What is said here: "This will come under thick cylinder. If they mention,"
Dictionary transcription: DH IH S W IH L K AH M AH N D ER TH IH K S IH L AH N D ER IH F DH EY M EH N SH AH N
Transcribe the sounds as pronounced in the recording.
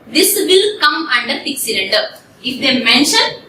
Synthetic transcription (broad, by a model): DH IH S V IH L K AH M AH N D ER F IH K S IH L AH N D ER IH F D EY M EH N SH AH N